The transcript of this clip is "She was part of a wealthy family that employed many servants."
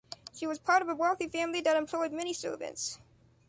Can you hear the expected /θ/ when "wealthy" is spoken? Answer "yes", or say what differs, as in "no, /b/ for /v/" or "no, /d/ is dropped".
yes